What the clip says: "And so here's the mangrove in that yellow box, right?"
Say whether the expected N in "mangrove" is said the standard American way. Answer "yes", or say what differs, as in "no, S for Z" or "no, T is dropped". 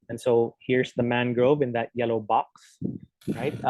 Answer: yes